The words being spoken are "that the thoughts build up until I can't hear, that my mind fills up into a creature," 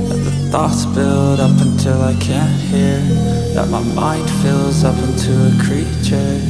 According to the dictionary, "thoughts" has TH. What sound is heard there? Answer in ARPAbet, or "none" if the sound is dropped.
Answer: TH